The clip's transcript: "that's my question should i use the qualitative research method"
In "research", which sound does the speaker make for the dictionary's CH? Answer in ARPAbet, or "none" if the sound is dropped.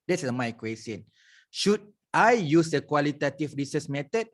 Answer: S